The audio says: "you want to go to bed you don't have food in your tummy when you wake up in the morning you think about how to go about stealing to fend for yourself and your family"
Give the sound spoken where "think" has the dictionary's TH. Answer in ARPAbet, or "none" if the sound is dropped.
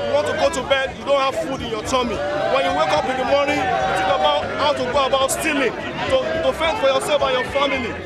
T